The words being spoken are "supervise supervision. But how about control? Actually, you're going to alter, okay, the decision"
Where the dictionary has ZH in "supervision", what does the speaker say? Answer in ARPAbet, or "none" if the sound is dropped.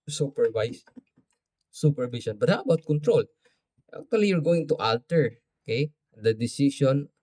S